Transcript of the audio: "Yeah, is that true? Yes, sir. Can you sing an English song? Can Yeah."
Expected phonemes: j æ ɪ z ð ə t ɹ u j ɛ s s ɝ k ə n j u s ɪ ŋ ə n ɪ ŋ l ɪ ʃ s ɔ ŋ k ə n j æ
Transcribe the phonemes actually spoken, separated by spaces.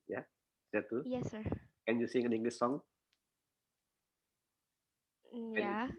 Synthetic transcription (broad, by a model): j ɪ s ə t u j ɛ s s ɝ k ə n j u s ɪ ŋ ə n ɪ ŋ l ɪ s ɔ ŋ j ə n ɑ